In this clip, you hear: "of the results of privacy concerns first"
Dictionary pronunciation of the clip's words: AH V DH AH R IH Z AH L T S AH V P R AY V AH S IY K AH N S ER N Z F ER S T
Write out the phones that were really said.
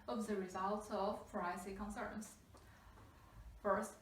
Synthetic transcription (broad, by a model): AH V DH AH R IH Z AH L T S AH V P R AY AH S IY K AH N S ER N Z F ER S T